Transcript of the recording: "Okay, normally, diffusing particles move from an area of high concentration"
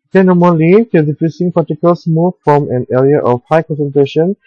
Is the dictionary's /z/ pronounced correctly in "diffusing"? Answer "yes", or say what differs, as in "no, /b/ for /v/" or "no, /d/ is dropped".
no, /s/ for /z/